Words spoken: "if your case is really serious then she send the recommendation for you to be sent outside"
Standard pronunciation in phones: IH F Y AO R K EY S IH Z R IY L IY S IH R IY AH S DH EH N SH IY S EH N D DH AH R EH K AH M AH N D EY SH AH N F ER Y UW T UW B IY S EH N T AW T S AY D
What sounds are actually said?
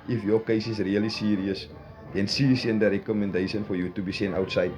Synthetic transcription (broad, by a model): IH F Y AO K EY S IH S R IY L IY S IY R IY AH S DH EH N S IY S EH N D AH R EH K AH M AH N D EY SH AH N F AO Y UW T UW B IY S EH N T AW T S AY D